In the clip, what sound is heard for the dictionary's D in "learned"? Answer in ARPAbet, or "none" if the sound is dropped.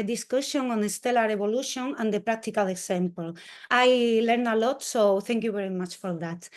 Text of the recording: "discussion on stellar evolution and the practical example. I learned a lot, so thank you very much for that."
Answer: none